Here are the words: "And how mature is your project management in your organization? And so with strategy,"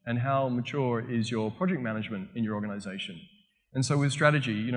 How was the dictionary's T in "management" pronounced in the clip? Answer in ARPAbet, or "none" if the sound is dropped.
T